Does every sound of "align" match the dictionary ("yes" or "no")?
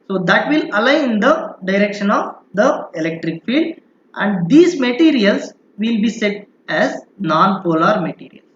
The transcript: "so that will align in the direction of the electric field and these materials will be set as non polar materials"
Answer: no